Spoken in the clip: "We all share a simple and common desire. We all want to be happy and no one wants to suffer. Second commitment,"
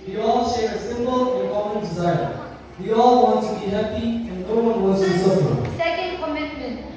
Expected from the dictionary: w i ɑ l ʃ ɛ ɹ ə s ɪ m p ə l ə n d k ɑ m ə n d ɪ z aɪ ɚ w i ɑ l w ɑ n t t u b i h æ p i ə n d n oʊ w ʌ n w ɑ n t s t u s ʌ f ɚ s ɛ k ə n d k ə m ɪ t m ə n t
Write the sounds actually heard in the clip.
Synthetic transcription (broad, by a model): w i ɑ l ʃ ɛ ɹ ə s ɪ m p ə l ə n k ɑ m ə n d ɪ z aɪ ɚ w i ɑ l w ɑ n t t u b i h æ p i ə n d n oʊ w ʌ n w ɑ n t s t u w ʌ ɚ s ɛ k ə n d k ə m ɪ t m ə n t